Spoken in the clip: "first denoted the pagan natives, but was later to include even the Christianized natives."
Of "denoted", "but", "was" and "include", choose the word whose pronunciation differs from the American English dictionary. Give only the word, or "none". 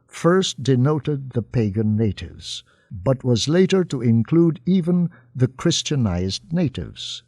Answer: none